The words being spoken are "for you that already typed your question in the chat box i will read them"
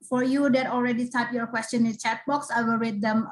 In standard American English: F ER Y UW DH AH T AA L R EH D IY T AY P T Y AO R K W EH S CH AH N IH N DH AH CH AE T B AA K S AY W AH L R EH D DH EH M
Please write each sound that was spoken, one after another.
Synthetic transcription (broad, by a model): F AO Y UW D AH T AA L R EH D IY T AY T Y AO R K W EH S CH AH N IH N CH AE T B AA K S AY W AH L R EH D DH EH M